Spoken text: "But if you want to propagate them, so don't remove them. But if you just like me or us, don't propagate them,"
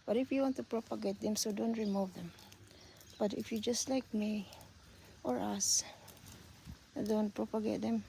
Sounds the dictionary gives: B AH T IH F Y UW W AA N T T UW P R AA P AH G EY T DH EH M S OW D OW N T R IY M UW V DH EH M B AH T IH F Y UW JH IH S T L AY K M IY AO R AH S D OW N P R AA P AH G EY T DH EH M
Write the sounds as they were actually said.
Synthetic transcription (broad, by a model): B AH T IH F Y UW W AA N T T UW P R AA P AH G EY T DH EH M S OW D OW N T R IY M UW V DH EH M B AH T IH F Y UW JH IH S T L AY K M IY AO R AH S D OW N P R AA P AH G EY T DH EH M